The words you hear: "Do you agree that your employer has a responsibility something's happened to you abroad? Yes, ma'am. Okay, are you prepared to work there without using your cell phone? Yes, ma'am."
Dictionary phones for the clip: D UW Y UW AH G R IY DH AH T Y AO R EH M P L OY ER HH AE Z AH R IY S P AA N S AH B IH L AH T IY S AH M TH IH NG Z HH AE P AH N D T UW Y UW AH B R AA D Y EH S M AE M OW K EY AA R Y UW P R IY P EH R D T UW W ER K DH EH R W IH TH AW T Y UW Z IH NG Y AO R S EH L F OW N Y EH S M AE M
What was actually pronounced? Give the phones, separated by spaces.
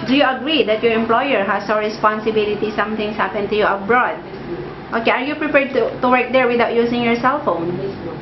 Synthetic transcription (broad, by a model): D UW Y UW AH G R IY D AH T Y AO R EH M P L OY ER HH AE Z AH R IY S P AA N S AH B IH L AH T IY S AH M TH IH NG S HH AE P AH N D T UW Y UW AH B R AA D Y OW K EY AA R Y UW P R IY P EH R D T UW W ER K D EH R W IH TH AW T Y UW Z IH NG Y AO R S EH L F OW N